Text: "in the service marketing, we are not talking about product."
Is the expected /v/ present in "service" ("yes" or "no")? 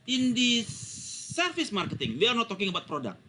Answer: no